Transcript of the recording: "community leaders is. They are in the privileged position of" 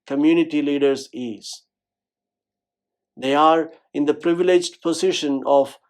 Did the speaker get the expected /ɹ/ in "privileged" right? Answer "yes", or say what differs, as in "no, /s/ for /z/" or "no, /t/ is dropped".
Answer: yes